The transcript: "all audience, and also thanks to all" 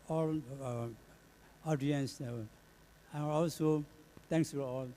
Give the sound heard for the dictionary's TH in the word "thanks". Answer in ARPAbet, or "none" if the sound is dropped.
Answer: T